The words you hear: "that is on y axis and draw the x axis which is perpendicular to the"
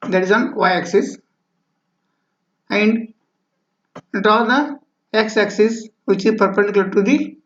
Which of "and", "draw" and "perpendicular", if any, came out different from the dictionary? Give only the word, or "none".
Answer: perpendicular